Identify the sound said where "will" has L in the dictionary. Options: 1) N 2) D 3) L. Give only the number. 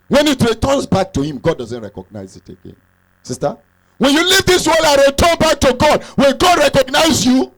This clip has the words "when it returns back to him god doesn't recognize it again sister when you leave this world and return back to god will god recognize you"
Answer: 1